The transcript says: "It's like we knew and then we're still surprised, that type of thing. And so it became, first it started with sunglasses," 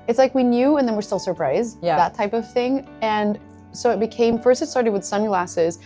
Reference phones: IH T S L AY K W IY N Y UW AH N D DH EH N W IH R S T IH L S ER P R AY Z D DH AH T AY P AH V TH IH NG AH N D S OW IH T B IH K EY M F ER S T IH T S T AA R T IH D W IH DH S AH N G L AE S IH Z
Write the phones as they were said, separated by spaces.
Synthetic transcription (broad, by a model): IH T S L AY K W IY N Y UW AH N DH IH N W IH R S T IH L S ER P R AY Z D DH AH T AY P AH V TH IH NG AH N S OW IH T B IH K EY M F ER S T IH T S T AA R T IH D W IH DH S AH N G L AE S IH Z